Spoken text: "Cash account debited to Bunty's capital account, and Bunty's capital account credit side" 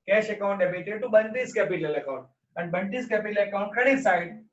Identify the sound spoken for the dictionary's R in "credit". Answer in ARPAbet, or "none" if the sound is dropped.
none